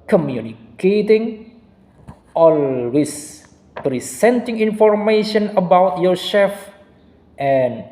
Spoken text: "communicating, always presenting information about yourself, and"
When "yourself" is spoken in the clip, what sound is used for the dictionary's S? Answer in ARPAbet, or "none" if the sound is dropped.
SH